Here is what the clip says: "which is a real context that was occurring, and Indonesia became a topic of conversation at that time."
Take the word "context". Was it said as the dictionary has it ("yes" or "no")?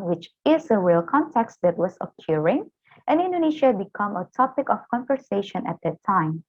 yes